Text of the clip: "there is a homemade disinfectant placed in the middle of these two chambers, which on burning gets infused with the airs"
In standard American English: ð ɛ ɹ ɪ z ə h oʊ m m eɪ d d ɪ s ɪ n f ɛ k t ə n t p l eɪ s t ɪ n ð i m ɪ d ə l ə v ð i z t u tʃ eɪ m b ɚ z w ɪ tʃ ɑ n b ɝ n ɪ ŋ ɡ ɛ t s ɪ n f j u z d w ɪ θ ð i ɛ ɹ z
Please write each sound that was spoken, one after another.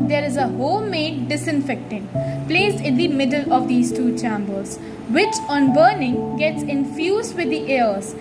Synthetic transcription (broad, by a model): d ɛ ɹ ɪ z ə h oʊ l m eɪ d d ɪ s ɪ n f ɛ k t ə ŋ p l eɪ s ɪ n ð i m ɪ d ə l ə v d i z t u tʃ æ m b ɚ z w ɪ tʃ ɑ n b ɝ n ɪ ŋ ɡ ɛ t s ɪ n f j u z d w ɪ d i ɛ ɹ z